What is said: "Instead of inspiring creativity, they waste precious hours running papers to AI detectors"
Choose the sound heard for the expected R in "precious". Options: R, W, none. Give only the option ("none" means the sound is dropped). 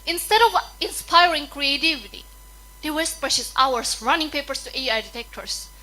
none